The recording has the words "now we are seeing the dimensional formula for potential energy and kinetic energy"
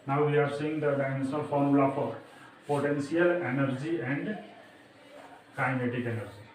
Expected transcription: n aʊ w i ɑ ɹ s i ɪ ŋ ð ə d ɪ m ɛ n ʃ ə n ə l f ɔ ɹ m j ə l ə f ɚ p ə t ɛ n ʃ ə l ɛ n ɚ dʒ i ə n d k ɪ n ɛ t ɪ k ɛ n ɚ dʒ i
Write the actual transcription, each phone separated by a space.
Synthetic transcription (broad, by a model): n aʊ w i ɑ ɹ s i ɪ ŋ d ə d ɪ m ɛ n ə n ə l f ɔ ɹ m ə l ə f p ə t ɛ n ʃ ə l ɛ n ɚ dʒ i ə n d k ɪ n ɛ t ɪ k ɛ n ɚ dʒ i